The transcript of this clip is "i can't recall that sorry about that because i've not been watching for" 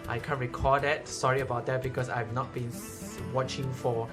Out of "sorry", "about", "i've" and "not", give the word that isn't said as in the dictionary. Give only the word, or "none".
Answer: none